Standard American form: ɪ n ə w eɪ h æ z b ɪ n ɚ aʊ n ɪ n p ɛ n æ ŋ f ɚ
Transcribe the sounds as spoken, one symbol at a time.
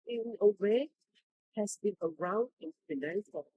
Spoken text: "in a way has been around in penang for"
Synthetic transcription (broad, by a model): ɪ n ə w eɪ h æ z b ɪ n ɚ aʊ n ɪ n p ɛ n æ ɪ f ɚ